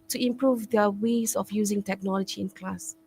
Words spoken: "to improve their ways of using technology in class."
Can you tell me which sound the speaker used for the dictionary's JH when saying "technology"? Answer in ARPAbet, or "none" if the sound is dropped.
JH